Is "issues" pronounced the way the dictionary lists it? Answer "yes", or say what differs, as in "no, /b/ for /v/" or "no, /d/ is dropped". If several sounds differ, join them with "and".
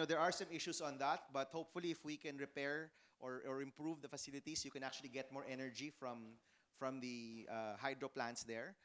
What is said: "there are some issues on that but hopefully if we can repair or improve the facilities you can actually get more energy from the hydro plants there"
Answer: no, /s/ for /z/